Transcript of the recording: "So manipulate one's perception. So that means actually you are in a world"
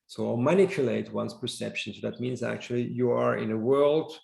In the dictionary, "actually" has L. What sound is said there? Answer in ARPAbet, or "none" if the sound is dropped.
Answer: L